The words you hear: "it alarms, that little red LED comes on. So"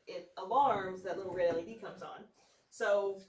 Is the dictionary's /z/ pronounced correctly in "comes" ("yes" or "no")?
yes